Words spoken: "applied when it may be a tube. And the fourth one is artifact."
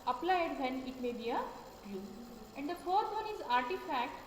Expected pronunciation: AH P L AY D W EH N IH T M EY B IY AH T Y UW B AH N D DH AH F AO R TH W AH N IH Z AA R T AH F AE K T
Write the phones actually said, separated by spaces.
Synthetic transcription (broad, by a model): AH P L AY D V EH N IH T M EY B IY AH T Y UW AH N D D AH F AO R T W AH N IH Z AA R T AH F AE K T